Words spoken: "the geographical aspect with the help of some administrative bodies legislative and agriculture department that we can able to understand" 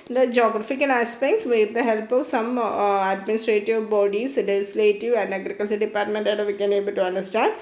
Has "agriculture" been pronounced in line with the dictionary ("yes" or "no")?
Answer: no